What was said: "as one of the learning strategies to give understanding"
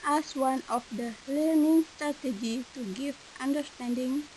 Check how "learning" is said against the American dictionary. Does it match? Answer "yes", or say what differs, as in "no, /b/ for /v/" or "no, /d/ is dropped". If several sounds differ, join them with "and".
yes